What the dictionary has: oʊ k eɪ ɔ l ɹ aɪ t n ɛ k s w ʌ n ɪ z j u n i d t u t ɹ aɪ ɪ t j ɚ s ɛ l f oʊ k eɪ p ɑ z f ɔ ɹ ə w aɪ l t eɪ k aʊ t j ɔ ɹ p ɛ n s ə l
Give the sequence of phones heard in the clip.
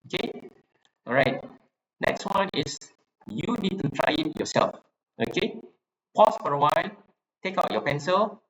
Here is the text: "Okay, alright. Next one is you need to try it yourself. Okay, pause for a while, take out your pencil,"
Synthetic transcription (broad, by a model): oʊ k eɪ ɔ ɹ aɪ t n ɛ k s w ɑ n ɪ s j u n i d t u t ɹ aɪ ɪ t j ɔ s ɛ l f oʊ k eɪ p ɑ s f ɔ ɹ ə w aɪ t eɪ k aʊ t j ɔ p ɛ n s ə l